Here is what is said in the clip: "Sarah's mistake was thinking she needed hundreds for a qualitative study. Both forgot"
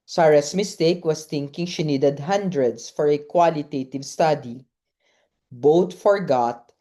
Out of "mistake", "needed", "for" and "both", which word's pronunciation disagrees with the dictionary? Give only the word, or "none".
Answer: both